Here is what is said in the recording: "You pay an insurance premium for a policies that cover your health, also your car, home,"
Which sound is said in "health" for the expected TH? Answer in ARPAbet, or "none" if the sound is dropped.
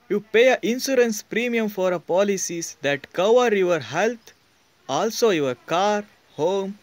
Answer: T